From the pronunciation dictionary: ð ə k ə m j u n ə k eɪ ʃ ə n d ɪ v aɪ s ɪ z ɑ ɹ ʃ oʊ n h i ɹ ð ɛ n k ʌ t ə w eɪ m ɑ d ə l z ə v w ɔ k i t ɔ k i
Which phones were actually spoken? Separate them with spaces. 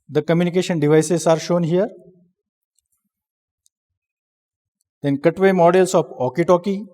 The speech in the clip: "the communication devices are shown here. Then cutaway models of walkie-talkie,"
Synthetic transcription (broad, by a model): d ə k ə m j u n ə k eɪ ʃ ə n d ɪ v aɪ s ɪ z ɑ ɹ ʃ oʊ n h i ɹ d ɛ n k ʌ t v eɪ m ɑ d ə l s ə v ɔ k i t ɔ k i